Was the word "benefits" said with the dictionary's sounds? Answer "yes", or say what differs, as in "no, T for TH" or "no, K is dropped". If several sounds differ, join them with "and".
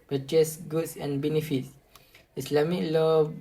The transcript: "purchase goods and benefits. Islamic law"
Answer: yes